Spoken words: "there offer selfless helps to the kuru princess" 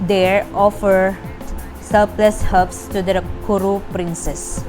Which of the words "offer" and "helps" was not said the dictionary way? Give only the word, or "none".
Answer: helps